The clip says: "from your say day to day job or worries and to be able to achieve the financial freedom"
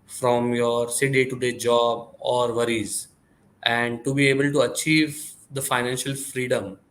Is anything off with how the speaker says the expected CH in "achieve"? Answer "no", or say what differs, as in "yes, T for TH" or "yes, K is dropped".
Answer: no